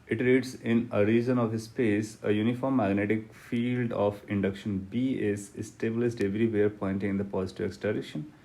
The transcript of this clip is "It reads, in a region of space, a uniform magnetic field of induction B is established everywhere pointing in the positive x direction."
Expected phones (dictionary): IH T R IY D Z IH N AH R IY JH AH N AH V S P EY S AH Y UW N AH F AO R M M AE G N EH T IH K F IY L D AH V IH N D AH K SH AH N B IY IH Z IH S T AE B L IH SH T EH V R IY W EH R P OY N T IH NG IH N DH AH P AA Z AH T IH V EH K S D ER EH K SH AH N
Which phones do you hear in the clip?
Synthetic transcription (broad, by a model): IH T R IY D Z IH N AH R IY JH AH N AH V S P EY S AH Y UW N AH F AO R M M AE G N EH T IH K F IY L D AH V IH N D AH K SH AH N B IY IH S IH S T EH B L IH S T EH V R IY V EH R P OY N T IH NG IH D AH P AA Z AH T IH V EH K S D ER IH SH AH N